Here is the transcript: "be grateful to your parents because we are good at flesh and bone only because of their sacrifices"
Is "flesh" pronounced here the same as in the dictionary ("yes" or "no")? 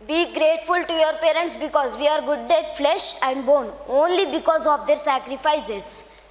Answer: yes